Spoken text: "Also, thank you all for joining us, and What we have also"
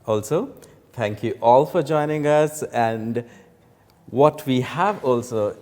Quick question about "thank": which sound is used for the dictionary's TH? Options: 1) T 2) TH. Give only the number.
1